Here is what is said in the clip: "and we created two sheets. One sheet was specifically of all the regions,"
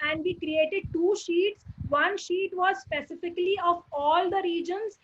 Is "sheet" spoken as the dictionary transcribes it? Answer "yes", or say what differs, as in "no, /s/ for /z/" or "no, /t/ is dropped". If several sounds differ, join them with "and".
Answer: yes